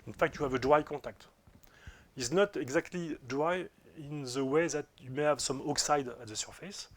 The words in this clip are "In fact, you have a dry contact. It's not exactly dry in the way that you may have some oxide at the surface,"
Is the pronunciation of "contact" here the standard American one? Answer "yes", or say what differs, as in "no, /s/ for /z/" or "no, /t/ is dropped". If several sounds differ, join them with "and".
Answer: no, /n/ is dropped